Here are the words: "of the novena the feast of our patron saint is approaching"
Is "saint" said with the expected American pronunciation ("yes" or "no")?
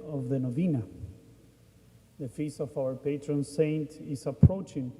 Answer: yes